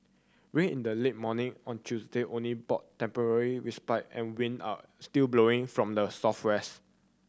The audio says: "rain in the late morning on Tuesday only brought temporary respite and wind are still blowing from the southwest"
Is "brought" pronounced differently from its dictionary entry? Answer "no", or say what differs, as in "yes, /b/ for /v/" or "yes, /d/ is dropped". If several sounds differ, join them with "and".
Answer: yes, /ɹ/ is dropped